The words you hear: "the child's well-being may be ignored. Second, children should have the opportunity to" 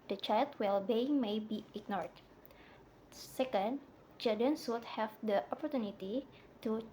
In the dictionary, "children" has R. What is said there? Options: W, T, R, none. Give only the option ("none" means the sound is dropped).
none